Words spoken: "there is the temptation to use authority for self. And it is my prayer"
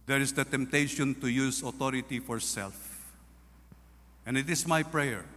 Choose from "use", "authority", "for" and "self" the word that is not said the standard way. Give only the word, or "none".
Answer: authority